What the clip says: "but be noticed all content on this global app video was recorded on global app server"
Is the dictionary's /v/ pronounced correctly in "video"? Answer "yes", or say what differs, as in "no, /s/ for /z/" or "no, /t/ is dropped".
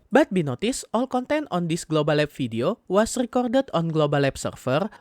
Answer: no, /f/ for /v/